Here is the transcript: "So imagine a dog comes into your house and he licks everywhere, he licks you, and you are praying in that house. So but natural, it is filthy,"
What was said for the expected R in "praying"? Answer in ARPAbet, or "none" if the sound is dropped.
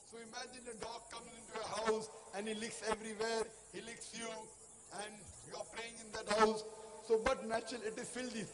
L